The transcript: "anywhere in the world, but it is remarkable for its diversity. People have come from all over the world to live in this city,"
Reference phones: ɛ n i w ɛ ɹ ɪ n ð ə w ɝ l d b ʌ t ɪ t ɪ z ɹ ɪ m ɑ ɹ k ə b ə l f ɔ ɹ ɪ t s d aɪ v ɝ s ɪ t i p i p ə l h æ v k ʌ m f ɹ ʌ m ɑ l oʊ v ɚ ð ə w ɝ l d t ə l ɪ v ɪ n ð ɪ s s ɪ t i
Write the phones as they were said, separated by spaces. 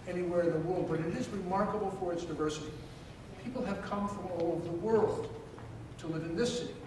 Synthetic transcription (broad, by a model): ɛ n i w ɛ ɹ ɪ n ð ə w ɝ l d b ʌ t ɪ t ɪ z ɹ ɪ m ɑ ɹ k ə b l f ɔ ɹ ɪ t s d aɪ v ɝ s ɪ t i p i p l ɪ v k ʌ m f ɹ ʌ m ɑ l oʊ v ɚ ð ə w ɝ l d t ə l ɪ v ɪ n ð ɪ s s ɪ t i